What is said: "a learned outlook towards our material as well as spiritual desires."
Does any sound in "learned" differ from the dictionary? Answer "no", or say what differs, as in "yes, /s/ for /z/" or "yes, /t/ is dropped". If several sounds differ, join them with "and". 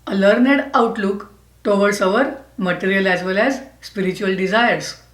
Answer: no